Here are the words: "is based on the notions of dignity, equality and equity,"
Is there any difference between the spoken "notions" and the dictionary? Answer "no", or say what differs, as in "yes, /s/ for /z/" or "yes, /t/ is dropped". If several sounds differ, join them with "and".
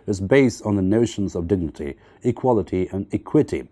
no